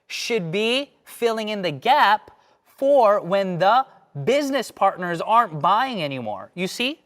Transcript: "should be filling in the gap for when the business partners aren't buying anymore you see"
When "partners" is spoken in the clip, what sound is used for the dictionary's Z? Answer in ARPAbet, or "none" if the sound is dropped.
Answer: Z